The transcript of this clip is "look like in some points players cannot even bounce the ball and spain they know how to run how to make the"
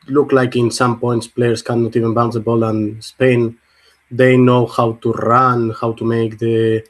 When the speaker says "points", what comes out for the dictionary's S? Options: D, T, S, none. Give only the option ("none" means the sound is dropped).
S